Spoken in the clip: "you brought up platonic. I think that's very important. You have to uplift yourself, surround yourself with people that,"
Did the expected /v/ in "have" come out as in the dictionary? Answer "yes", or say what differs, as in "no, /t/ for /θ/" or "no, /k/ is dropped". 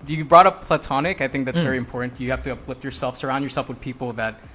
no, /f/ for /v/